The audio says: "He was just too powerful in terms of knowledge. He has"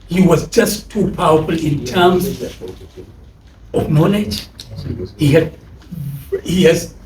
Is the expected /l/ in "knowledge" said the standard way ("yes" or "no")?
no